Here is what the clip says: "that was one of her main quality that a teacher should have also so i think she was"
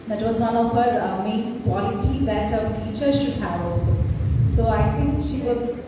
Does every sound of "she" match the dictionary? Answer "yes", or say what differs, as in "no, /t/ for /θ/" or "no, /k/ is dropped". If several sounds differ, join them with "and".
yes